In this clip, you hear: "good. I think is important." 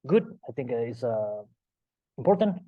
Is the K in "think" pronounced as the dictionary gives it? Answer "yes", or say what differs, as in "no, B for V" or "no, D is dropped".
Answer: yes